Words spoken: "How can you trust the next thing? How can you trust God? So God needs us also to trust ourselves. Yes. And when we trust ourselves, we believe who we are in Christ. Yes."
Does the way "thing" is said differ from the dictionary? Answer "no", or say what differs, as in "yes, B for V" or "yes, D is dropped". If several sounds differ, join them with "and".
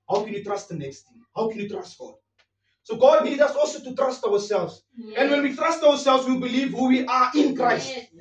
yes, T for TH